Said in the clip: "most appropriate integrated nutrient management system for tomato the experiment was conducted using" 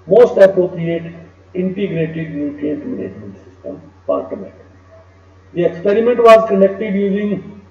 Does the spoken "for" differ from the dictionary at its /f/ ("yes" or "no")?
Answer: yes